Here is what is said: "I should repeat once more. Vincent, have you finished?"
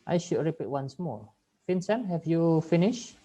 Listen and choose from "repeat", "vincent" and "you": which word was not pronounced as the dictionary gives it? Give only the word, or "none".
vincent